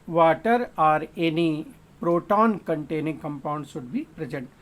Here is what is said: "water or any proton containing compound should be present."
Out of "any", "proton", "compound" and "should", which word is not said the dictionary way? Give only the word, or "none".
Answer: should